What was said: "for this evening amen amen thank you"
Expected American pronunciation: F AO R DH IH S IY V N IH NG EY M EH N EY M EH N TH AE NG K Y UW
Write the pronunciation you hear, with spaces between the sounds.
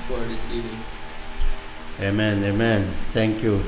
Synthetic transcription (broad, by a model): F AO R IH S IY N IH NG EY M EH N EY M EH N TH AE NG K Y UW